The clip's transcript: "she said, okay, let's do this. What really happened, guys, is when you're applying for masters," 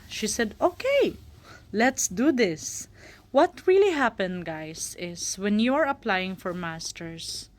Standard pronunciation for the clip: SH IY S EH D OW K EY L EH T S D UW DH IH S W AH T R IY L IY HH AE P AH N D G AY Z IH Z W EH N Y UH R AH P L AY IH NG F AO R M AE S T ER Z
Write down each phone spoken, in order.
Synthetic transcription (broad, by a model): SH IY S EH D OW K EY L EH T S D UW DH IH S W AH T R IY L IY HH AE P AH N G AY S IH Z W EH N Y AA R AH P L AY IH NG F AO R M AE S T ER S